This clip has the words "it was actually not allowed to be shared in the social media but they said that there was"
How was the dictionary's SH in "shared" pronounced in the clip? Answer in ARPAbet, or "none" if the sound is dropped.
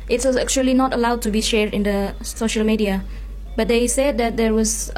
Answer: SH